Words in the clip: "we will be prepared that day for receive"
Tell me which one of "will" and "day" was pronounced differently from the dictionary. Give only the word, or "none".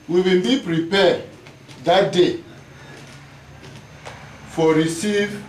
will